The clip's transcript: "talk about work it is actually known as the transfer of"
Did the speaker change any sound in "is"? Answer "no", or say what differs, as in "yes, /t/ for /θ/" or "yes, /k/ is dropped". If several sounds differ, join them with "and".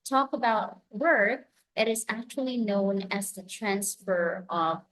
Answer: no